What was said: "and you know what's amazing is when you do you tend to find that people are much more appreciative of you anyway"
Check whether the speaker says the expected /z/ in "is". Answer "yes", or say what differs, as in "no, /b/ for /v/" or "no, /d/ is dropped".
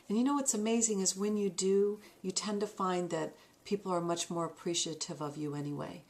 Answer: yes